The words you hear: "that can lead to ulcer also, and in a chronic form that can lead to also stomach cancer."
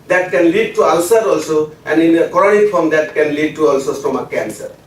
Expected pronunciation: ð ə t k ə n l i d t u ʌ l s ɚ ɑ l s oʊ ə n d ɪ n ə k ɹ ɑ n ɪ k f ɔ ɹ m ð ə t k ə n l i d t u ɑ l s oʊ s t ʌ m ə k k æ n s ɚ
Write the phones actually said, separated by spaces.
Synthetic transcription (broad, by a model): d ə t k ə n l i d t u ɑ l s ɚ ɑ l s oʊ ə n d ɪ n ə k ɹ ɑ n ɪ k p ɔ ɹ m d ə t k ə n l i d t u ɑ l s oʊ s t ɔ m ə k k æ n s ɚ